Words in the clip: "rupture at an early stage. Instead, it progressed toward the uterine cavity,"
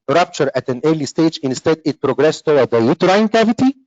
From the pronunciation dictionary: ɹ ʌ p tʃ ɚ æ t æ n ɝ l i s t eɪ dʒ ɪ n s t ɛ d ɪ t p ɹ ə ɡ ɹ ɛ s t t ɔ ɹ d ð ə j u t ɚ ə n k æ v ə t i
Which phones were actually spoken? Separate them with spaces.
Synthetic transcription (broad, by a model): ɹ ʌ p tʃ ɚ æ t æ n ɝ l i s t eɪ dʒ ɪ n s t ɛ d ɪ t p ɹ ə ɡ ɹ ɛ s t t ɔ w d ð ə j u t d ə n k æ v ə t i